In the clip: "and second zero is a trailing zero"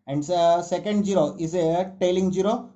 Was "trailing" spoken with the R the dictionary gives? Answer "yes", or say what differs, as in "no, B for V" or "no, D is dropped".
no, R is dropped